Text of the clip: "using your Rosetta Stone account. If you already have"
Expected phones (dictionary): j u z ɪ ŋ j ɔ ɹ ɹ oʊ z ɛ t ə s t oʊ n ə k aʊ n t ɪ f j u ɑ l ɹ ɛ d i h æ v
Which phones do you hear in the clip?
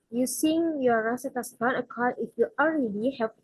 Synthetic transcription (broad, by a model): j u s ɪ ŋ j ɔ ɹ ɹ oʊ s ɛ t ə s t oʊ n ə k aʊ t ɪ f j u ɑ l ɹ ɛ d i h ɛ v